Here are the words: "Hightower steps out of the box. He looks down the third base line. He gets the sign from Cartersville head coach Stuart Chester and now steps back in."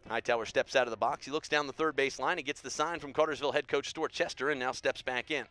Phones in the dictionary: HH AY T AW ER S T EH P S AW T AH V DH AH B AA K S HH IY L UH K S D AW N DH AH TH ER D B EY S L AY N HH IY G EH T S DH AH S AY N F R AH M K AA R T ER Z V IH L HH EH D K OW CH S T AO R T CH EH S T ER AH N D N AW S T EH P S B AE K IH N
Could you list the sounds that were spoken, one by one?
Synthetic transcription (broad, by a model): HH AY T AW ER S T EH P S AW T AH V DH AH B AA K S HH IY L UH K S D AW N DH AH TH ER D B EY S L AY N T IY G EH T S DH AH S AY N F R AH M K AA R T ER Z V IH L HH EH D K OW CH S T AO R CH EH S T ER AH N N AW S T EH P S B AE K IH N